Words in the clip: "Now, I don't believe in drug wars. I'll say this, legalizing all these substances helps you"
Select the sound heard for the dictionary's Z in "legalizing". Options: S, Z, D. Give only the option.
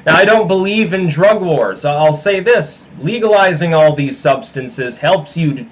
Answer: Z